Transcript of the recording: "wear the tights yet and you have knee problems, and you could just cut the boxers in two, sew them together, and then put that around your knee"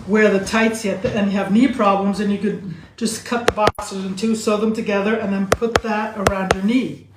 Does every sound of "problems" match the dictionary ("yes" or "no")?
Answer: yes